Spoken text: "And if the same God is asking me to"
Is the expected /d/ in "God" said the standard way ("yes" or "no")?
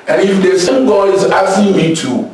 no